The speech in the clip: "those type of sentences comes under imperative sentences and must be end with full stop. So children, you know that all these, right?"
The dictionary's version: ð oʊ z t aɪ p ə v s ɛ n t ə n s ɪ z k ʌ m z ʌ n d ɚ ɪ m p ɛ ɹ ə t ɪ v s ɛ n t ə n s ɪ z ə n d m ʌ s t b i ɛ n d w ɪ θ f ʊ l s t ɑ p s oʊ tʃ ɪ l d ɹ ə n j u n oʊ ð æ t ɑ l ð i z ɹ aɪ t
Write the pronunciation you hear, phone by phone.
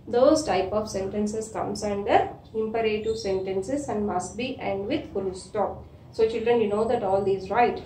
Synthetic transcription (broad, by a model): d oʊ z t aɪ p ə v s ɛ n t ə n s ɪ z k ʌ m s ʌ n d ɚ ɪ m p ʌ ɹ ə t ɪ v s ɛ n t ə n s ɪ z ə n d m ʌ s t b i ɛ n d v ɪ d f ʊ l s t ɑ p s oʊ tʃ ɪ l d ɹ ə n j u n oʊ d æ t ɑ l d i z ɹ aɪ t